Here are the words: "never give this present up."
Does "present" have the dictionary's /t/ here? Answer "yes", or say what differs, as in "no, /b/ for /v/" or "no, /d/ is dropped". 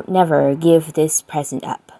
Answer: yes